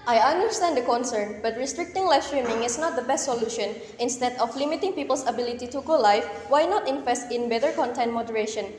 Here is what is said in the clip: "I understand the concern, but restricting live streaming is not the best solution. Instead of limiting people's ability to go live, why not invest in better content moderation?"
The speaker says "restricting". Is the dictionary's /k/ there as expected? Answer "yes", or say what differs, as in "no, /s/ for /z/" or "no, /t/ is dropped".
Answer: yes